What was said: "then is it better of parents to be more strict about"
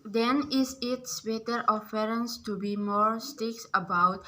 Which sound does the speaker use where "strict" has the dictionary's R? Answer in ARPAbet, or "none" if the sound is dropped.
none